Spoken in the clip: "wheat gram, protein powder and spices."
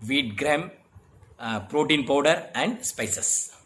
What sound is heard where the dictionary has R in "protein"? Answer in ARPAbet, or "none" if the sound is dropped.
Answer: R